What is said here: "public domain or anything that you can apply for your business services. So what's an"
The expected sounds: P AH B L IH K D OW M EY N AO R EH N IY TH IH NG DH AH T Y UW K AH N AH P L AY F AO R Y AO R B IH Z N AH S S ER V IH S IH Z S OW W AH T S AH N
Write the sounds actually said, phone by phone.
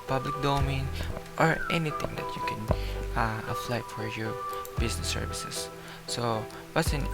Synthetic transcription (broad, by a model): P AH B L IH K D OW M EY N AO R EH N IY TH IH NG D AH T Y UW K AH N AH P L AY F AO R Y AO R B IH S N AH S S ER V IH S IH S OW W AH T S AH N